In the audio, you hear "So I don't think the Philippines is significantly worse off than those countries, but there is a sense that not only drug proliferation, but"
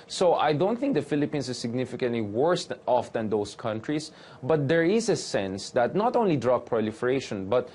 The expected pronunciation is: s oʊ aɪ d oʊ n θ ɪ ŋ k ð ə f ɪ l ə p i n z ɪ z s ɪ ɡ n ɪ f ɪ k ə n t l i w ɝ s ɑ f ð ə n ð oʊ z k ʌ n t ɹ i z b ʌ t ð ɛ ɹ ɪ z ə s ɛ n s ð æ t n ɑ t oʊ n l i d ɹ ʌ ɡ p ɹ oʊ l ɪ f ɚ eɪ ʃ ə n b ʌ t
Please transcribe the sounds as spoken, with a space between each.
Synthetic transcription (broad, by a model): s oʊ aɪ d oʊ n θ ɪ ŋ k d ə f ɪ l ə p i n s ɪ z s ɪ ɡ n ɪ f ɪ k ə n t l i w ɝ s ɑ f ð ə n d oʊ s k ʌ n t ɹ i s b ʌ t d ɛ ɹ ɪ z ə s ɛ n s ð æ t n ɑ t oʊ n l i d ɹ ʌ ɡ p ɹ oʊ l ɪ f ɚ eɪ ʃ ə n b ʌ t